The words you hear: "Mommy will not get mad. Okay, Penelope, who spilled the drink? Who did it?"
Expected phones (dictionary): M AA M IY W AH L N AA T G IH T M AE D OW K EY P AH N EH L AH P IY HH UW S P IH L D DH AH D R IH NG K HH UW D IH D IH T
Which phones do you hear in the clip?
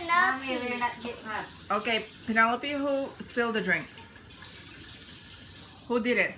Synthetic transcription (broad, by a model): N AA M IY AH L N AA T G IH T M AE OW K EY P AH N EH L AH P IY HH UW S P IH L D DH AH D R IH NG K HH UW D IH D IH T